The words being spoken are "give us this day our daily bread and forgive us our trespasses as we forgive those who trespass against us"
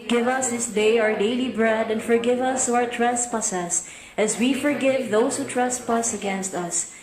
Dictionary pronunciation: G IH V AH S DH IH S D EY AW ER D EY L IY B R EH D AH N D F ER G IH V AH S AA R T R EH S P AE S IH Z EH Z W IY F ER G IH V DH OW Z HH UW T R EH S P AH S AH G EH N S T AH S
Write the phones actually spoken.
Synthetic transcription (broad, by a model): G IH V AH S DH IH S D EY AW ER D EY L IY B R EH D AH N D F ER G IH V AH S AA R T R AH S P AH S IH S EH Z W IY F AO G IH V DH OW S HH UW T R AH S P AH S AH G EH N S T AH S